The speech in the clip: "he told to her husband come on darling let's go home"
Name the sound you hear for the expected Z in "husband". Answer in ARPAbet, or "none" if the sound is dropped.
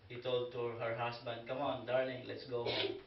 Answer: S